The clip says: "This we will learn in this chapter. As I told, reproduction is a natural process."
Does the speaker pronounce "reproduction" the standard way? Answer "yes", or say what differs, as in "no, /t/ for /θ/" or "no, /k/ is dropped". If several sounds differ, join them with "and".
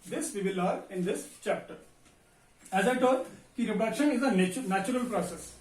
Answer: no, /p/ is dropped